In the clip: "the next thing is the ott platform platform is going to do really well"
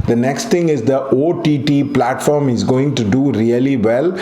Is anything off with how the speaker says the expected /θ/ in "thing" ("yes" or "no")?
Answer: yes